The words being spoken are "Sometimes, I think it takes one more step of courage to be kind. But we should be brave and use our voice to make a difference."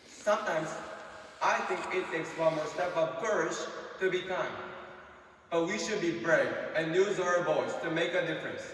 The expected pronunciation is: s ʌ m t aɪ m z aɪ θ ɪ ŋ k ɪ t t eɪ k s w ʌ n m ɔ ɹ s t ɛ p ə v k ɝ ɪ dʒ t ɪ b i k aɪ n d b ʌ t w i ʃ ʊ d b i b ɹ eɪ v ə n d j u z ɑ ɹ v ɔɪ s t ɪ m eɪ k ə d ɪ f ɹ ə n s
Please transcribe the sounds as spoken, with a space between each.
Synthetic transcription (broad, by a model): s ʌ m t aɪ m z aɪ θ ɪ ŋ k ɪ t s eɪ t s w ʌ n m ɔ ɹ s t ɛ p ə v k ɝ ɪ dʒ t ɪ b i k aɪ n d b ʌ t w i ʃ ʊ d b i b ɹ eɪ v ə n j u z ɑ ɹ b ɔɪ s t ɪ m eɪ k ə d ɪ f ɹ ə n s